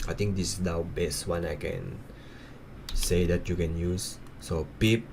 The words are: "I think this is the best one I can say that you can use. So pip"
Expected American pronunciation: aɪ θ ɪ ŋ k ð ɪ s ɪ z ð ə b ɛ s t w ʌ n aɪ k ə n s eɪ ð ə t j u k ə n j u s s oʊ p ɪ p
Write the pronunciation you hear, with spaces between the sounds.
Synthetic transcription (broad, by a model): aɪ t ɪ ŋ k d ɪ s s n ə b ɛ s t w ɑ n aɪ k ə n s eɪ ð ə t j u k ə n j u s s oʊ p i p